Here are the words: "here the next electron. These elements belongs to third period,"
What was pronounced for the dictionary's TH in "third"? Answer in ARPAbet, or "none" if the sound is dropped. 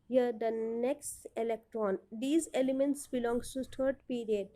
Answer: T